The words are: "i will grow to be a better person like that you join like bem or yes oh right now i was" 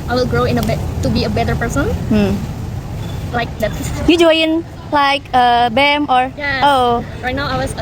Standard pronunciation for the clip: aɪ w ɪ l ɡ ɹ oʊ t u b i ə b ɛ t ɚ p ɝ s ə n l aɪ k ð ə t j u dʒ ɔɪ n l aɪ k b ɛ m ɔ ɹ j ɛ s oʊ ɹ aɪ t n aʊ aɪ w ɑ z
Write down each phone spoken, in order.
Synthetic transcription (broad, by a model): aɪ w ɪ l ɡ ɹ oʊ t u b i ə b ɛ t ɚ p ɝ s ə n l aɪ k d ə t j u dʒ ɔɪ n l aɪ k b ɛ m ɔ ɹ j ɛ oʊ ɹ aɪ t n aʊ aɪ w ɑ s